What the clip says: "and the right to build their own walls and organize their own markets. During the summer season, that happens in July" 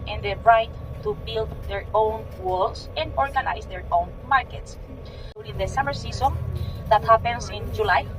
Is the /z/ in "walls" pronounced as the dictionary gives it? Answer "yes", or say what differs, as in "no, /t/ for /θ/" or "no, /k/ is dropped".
no, /s/ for /z/